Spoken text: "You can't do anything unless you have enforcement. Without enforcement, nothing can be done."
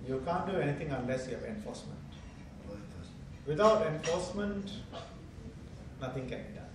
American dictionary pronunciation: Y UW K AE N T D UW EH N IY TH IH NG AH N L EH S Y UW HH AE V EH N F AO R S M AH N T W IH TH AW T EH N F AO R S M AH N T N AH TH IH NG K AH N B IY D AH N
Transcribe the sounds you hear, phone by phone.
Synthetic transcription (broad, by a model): Y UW K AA N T D UW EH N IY T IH NG AH N L EH S Y UW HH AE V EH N F AO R S M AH N T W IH T AW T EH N F AO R S M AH N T N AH T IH NG K AH N B IY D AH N